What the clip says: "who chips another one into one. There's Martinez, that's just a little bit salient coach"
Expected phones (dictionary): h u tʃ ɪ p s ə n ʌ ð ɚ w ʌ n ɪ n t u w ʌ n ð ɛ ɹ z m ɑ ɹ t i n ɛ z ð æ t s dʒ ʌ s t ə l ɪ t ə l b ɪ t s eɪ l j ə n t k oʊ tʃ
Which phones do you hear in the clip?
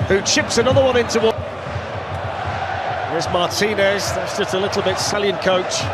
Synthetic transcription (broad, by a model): h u tʃ ɪ p s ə n ʌ ð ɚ w ʌ n ɪ n t u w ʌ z m ɑ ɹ t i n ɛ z ð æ t s dʒ ʌ s t ə l ɪ t l b ɪ t s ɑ l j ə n k oʊ tʃ